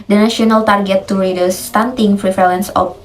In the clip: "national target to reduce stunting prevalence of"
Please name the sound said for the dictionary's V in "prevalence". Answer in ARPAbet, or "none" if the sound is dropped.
F